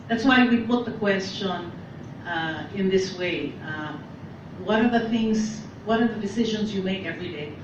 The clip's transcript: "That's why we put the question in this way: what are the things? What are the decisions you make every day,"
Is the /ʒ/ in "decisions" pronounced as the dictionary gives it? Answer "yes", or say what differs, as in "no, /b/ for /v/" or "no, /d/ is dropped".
yes